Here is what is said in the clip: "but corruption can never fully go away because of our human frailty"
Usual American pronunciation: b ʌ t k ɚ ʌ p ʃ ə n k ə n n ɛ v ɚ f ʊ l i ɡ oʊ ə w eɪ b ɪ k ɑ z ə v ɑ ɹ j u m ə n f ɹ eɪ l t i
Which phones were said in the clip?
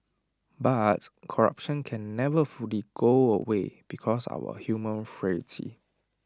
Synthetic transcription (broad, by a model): b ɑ t k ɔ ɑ p ʃ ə n k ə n n ɛ v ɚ f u l i ɡ oʊ ə w eɪ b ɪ k ɑ s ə w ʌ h j u m ə n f ɹ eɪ t i